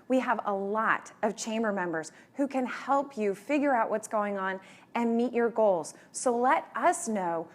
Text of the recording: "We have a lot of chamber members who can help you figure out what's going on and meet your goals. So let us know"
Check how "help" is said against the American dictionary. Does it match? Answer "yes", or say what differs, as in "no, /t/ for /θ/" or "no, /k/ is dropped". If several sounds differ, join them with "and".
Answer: yes